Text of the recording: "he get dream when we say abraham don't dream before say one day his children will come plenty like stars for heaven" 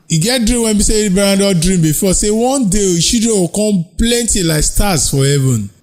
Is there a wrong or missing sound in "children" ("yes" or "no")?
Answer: yes